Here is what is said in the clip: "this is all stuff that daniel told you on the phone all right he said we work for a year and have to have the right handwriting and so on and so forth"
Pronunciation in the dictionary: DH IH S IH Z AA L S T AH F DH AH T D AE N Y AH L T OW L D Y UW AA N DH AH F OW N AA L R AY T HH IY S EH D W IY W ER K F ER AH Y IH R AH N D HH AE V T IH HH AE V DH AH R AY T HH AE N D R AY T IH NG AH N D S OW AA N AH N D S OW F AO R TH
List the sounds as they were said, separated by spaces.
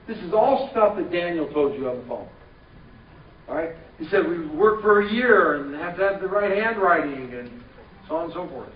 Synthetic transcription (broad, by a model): DH IH S IH Z AA L S T AH F DH AH T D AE N Y L T OW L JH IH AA DH AH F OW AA R AY T HH IY S EH D W IY W ER K F ER AH Y IH R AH N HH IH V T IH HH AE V DH AH R AY T HH AE N D R AY T IH NG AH N S OW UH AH N S OW F AO R TH